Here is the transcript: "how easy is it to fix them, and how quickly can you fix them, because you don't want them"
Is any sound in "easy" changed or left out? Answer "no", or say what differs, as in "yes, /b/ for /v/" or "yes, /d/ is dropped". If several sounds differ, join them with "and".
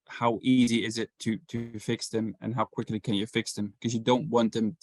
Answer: no